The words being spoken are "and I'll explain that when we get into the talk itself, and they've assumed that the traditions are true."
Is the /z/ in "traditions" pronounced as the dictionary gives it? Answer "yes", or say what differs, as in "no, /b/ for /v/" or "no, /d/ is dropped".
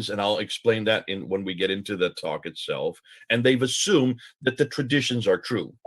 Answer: yes